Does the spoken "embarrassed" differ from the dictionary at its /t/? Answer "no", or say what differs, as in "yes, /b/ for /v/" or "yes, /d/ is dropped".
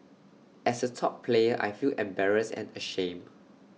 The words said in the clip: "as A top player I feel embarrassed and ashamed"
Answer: yes, /t/ is dropped